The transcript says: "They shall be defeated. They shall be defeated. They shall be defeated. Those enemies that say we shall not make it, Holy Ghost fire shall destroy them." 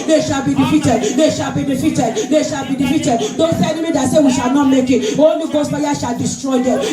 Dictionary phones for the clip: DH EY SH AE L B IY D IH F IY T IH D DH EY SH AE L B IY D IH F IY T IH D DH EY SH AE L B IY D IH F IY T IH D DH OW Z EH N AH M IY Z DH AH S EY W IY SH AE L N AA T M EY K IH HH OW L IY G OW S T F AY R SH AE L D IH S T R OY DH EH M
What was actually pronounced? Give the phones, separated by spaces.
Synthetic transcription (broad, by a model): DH EY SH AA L B IY D IH F IY T IH D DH EY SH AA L B IY D IH F IY T IH D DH EY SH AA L B IY D IH F IY T IH D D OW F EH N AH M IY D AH S EY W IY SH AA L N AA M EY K IH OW N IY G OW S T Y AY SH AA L D IH S T R OY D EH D